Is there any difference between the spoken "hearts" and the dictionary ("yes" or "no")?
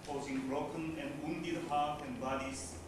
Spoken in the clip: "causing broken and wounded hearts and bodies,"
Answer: yes